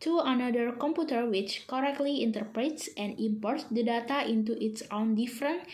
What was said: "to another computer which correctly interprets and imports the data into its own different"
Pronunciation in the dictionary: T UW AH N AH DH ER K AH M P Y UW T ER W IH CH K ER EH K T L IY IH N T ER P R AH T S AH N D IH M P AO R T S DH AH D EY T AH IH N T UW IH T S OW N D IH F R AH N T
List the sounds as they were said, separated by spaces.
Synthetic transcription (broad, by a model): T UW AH N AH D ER K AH M P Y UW T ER W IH CH K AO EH K T L IY IH N T ER P R AH T S AH N D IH M P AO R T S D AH D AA T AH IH N T UW IH T S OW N D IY F R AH N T